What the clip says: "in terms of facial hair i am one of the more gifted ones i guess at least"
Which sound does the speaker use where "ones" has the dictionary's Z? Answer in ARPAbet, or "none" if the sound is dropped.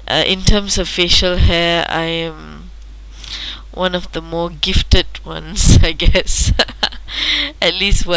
S